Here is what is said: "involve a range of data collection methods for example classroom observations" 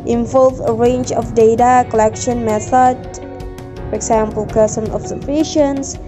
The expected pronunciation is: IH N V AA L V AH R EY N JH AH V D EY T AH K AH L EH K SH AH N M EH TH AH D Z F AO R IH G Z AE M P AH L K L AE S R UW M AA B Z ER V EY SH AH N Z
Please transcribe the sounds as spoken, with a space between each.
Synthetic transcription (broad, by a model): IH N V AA L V AH R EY N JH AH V D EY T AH K AH L EH K SH AH N M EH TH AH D F AO R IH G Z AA M P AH L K AH S AH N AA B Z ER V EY SH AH N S